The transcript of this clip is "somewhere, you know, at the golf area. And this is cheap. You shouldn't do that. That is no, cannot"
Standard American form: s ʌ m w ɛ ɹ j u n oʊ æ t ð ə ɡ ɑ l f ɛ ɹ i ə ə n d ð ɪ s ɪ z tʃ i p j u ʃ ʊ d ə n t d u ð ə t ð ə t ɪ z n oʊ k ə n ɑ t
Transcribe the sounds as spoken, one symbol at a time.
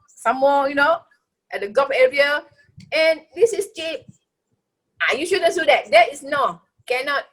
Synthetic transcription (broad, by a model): s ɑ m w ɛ j u n oʊ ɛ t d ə ɡ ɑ f ɛ ɹ i ə ə n d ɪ s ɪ s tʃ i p j u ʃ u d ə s d u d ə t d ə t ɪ s n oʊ k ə n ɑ t